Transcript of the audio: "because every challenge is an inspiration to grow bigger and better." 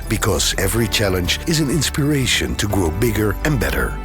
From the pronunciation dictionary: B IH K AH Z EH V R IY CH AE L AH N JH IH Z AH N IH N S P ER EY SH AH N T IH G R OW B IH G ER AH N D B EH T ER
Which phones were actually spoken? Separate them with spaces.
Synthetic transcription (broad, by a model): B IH K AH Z EH V R IY CH AE L AH N JH IH Z AH N IH N S P ER EY SH AH N T IH G R OW B IH G ER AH N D B EH T ER